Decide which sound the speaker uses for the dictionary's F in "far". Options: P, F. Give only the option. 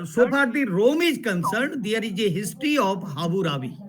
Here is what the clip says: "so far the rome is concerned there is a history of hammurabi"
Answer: P